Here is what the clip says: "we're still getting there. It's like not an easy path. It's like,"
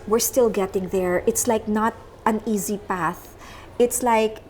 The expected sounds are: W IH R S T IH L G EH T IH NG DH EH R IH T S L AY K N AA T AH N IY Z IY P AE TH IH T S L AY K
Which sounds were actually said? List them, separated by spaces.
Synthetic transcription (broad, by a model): W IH R S T IH L G EH T IH NG DH EH R IH T S L AY K N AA T AH N IY Z IY P AE TH IH T S L AY K